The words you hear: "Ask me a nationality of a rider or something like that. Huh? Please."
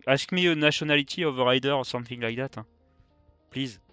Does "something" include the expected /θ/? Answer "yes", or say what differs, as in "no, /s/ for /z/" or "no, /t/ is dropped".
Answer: yes